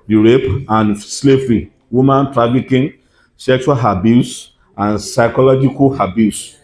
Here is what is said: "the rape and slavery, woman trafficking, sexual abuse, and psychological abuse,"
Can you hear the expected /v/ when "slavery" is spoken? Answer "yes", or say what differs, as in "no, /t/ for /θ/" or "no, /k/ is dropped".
no, /f/ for /v/